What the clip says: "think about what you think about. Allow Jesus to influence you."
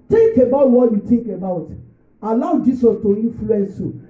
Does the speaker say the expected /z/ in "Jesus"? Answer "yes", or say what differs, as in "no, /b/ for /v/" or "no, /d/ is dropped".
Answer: no, /s/ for /z/